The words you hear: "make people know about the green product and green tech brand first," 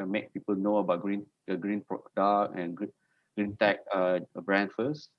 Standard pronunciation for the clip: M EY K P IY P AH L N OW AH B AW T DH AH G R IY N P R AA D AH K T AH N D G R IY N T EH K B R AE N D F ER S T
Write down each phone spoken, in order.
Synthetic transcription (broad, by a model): M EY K P IY P AH L N OW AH B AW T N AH G R IY N P R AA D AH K AH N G G R IY N T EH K B R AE N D F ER S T